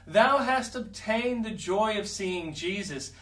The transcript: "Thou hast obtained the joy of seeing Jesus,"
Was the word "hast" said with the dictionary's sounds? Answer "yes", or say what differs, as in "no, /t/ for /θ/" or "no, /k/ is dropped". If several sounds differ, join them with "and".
yes